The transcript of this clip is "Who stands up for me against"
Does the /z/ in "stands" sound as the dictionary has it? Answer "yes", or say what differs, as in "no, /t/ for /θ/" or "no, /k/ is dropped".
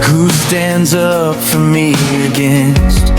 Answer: yes